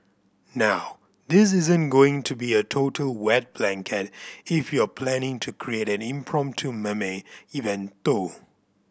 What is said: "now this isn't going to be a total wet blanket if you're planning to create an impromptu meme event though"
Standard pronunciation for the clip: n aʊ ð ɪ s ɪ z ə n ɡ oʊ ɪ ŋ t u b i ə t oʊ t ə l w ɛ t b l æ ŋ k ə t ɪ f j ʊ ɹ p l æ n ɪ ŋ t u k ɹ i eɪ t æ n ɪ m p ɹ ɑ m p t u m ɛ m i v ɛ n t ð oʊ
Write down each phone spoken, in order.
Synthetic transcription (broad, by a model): n aʊ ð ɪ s ɪ z ə n ɡ oʊ ɪ ŋ t u b i ə t oʊ t ə l w ɛ t b l æ ŋ k ə t ɪ f j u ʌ p l æ n ɪ ŋ t u k ɹ i eɪ t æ n ɪ m p ɹ ɑ m p t u m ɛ m i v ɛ n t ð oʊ